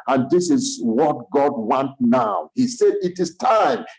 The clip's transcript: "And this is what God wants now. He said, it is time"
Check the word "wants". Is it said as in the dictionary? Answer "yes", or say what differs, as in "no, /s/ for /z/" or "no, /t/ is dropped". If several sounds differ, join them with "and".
no, /s/ is dropped